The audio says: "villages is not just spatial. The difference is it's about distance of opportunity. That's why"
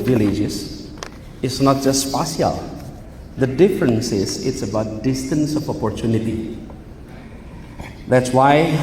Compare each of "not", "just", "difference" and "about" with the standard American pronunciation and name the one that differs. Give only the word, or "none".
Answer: none